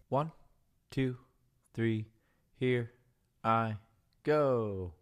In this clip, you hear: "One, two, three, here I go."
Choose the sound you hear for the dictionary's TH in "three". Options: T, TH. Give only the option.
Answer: TH